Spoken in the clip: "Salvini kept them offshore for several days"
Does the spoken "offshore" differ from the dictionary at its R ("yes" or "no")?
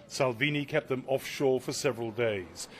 no